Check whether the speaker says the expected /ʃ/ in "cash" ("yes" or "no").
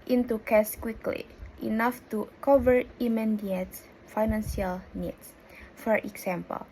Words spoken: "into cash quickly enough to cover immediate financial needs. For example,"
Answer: no